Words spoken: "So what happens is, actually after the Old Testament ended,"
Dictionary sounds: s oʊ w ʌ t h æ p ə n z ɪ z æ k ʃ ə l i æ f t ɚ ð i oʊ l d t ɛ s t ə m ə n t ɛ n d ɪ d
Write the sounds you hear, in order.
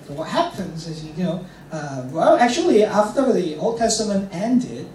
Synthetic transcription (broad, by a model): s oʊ w ʌ t h æ p ə n z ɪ z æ k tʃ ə l i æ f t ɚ ð i oʊ l d t ɛ s t ə m ə n t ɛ n d ɪ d